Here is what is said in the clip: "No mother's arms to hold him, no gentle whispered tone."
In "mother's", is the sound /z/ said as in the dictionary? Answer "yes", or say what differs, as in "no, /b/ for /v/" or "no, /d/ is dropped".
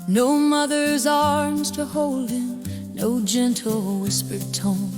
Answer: yes